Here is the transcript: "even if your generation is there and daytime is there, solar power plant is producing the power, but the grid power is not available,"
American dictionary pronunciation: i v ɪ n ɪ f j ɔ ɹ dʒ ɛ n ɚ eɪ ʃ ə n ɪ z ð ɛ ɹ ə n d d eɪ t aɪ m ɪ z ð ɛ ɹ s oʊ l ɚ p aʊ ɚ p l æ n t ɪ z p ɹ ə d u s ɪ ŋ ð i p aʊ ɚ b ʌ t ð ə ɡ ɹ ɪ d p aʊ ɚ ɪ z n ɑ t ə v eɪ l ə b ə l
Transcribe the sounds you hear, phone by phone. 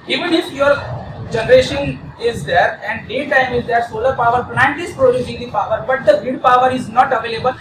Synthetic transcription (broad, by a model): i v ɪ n ɪ f j ɔ ɹ dʒ ɛ n ɚ eɪ ʃ ə n ɪ z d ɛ ɹ ə n d d eɪ t aɪ m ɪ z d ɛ ɹ s oʊ l ɚ p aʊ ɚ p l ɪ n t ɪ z p ɹ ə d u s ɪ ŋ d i p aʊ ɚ b ʌ t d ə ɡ ɪ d p aʊ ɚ ɪ z n ɑ t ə v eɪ l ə b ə l